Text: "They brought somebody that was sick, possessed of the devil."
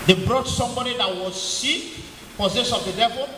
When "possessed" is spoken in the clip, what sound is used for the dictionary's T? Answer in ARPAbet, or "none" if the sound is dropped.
none